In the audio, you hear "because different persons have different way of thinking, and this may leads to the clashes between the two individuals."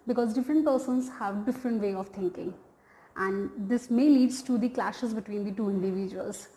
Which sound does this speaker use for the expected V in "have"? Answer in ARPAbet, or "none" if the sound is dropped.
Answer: V